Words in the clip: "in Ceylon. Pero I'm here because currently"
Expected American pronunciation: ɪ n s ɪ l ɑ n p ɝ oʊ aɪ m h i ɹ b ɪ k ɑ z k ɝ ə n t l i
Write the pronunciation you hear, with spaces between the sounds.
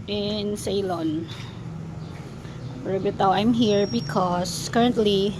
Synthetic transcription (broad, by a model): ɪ n s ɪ l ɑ n b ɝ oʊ aɪ m h i ɹ b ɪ k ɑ s k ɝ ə n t l i